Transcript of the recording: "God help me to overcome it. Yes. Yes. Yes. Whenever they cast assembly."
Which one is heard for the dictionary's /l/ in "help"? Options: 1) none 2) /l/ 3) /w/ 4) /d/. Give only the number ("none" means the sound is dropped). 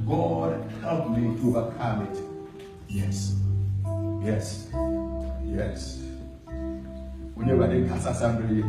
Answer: 2